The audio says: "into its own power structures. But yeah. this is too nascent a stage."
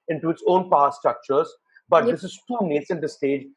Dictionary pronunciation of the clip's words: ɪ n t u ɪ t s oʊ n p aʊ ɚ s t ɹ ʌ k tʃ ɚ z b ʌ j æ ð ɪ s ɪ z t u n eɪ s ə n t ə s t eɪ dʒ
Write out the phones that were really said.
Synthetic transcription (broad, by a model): ɪ n t u ɪ t s oʊ n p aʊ s t ɹ ʌ k tʃ ɚ z b ʌ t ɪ s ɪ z t u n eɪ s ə n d ə s t eɪ dʒ